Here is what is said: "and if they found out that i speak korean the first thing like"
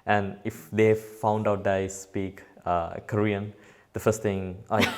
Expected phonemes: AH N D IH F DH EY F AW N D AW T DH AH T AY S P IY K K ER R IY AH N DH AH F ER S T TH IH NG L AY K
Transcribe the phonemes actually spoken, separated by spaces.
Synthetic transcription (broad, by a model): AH N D IH F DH EY F AW N D AW T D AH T AY S P IY K K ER R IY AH N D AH F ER S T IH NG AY